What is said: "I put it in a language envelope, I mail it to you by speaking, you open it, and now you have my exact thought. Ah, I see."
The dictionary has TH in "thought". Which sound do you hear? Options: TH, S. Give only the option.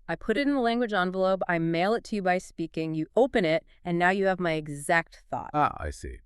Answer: TH